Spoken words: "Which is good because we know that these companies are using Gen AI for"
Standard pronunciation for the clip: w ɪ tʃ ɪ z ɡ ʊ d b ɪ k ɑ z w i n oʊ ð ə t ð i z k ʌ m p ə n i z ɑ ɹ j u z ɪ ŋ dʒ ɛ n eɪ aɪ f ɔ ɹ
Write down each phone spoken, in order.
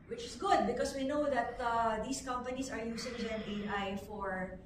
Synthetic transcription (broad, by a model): w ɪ tʃ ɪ s ɡ ʊ d b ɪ k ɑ s w i n oʊ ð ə t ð i s k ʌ m p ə n i s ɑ ɹ j u s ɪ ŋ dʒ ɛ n eɪ aɪ f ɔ ɹ